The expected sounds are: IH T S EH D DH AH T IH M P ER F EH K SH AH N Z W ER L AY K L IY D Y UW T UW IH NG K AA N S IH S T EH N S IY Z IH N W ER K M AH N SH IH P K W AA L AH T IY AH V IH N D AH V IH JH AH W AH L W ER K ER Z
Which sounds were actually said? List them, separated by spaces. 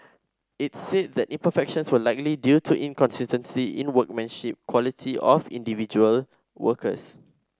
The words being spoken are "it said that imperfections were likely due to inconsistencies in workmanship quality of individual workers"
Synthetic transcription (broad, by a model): IH T S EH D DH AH T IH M P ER F EH K SH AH N S W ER L AY K L IY D Y UW T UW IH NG K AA N S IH S T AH N S IY IH N W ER K M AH N SH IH P K W AA L AH T IY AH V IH N D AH V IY JH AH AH L W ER K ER S